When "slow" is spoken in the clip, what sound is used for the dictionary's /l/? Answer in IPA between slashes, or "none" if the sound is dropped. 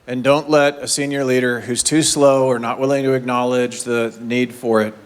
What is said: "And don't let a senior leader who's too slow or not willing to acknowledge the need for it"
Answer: /l/